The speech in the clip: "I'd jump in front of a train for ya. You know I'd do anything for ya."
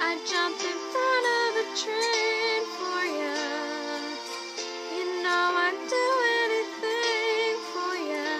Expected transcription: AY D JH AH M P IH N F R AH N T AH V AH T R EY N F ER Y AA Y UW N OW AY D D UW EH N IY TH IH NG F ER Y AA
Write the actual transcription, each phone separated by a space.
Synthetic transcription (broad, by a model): AY JH AH M P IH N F AH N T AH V AH T R EY N F ER Y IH Y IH N OW AY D D UW EH N IY TH IH NG F ER Y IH